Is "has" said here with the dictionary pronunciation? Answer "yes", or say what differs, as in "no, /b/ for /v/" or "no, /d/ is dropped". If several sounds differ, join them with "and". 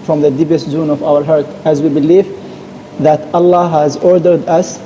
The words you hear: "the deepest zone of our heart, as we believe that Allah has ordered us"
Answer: yes